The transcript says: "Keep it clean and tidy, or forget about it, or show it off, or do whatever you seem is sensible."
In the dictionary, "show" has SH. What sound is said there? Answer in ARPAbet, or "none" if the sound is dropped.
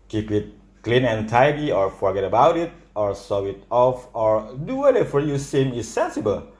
S